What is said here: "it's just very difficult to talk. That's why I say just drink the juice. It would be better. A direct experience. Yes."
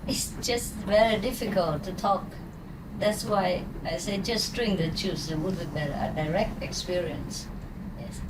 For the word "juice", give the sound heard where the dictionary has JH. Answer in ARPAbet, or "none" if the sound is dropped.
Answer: CH